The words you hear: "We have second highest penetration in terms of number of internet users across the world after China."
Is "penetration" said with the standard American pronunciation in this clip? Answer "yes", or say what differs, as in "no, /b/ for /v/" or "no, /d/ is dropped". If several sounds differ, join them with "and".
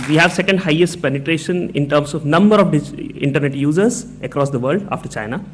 yes